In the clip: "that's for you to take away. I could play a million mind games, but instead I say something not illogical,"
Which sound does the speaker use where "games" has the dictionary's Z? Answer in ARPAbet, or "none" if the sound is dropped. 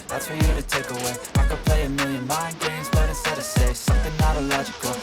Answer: Z